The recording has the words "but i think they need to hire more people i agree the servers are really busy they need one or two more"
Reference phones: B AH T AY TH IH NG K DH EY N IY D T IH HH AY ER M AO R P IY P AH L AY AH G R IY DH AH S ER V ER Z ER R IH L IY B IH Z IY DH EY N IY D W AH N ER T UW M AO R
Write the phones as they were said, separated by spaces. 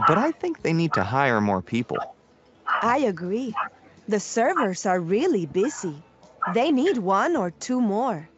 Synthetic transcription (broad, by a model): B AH T AY TH IH NG K DH EY N IY D T IH HH AY ER M AO R P IY P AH L AY AH G R IY DH AH S ER V ER Z ER R IH L IY B IH Z IY DH EY N IY D W AH N ER T UW M AO R